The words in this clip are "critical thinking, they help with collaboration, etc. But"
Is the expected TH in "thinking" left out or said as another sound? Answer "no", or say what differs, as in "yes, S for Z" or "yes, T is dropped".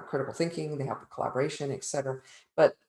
no